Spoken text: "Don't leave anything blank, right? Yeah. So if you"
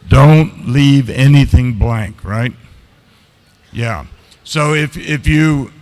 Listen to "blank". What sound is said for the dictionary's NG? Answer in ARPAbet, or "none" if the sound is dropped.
NG